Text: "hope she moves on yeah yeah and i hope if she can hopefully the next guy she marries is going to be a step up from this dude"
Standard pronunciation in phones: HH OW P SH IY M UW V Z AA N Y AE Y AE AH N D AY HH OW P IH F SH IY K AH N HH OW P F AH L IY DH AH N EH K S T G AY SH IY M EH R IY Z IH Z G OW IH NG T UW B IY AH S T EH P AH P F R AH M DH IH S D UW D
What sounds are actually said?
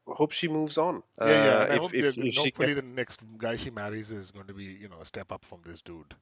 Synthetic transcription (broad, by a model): HH OW P SH IY M UW V Z AA N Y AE Y AE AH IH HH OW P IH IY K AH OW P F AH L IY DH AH N EH K S T G AY SH IY M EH R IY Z IH Z G OW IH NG T UW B IY AH S T EH P AH P F R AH M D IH S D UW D